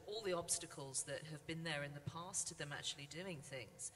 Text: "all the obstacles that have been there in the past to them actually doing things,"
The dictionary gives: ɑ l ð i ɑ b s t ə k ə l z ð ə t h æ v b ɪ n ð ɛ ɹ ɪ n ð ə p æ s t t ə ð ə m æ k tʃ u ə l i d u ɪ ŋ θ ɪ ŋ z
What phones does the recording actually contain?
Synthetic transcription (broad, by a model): ɑ l ð i ɑ b s t ə k ə l z ð ə t h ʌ v b ɪ n ð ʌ ɹ ɪ n ð ə p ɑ s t t ə ð ə m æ k tʃ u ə l i d u ɪ ŋ θ ɪ ŋ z